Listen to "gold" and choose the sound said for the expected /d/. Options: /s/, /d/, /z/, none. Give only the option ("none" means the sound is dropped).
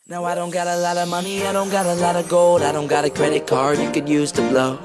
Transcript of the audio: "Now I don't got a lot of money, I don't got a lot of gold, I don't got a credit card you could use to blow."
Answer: /d/